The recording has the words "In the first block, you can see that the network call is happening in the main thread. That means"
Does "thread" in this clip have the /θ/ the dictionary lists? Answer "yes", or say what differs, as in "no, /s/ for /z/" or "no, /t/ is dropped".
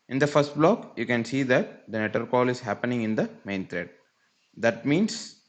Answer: no, /t/ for /θ/